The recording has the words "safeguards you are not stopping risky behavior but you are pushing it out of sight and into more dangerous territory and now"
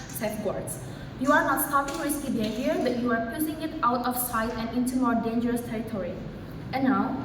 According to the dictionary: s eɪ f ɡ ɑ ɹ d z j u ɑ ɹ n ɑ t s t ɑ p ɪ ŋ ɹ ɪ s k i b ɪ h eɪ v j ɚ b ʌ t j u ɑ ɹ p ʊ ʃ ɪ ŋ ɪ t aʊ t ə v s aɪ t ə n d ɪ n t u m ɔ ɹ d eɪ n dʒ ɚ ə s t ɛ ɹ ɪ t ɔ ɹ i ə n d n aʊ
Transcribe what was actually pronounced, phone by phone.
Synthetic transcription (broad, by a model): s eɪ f ɡ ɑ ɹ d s j u ɑ ɹ n ɑ t s t ɑ p ɪ ŋ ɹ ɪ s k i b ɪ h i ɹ b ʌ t j u ɑ ɹ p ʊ s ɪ ŋ ɪ t aʊ t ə f s aɪ t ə n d ɪ n t u m ɔ ɹ d eɪ n dʒ ɚ ə s t ɛ ɹ ɪ t ɔ ɹ i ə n n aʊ